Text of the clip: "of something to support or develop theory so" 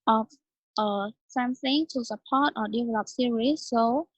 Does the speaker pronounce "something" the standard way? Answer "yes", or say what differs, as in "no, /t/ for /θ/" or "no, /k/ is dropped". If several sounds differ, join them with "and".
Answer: no, /s/ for /θ/